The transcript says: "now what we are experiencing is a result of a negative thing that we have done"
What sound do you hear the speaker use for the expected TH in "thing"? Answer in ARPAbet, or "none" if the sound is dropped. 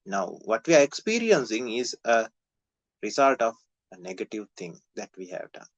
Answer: T